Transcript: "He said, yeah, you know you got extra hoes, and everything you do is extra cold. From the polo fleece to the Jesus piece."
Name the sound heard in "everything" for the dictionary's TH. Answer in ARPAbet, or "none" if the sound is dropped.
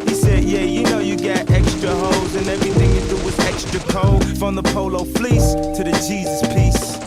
TH